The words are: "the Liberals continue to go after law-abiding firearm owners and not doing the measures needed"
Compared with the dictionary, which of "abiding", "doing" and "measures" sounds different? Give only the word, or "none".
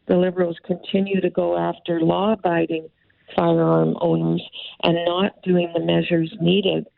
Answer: none